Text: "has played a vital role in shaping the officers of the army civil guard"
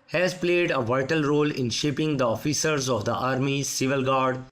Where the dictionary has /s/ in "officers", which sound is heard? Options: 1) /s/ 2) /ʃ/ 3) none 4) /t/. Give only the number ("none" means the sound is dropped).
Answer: 1